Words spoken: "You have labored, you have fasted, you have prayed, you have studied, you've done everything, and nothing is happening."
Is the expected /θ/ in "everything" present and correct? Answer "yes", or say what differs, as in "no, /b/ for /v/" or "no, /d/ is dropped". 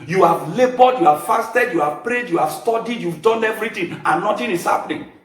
no, /t/ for /θ/